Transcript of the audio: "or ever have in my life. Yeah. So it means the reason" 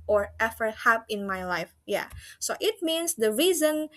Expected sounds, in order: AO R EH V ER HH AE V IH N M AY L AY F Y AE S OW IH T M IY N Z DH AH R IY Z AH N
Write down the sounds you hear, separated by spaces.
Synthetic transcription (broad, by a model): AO R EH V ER HH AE P IH N M AY L AY F Y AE S OW IH T M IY N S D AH R IY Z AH N